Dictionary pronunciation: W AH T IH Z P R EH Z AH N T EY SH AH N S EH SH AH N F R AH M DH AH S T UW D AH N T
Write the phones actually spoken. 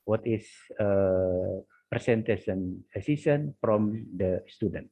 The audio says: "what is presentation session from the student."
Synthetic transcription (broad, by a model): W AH T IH S P R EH S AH N T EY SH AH N S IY S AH N F R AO M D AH S T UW D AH N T